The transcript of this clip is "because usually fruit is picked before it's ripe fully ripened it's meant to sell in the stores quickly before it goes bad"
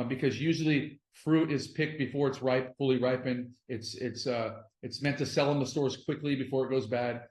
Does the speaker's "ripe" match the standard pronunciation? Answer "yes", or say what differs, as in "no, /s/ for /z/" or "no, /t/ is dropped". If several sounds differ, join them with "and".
yes